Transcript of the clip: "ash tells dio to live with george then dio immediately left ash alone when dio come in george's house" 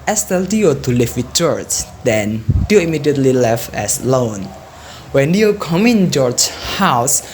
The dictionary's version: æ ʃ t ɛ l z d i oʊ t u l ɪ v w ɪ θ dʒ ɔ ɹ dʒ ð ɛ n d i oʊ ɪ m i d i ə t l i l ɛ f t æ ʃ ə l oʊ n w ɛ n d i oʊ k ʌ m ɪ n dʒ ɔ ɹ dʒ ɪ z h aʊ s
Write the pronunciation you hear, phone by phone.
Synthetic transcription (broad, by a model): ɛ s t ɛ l d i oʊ t u l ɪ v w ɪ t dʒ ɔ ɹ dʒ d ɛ n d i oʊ ɪ m i d i ə t l i l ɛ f ɛ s l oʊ n w ɛ n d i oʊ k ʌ m ɪ n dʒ ɔ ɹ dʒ h aʊ s